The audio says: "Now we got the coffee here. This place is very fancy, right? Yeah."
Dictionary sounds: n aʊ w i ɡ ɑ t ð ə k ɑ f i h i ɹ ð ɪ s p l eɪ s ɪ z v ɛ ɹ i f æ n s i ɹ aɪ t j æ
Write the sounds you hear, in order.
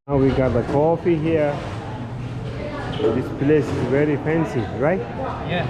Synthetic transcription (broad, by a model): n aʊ w i ɡ ɑ t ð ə k ɑ f i h i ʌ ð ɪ s p l eɪ s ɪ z v ɛ ɹ i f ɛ n s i ɹ aɪ t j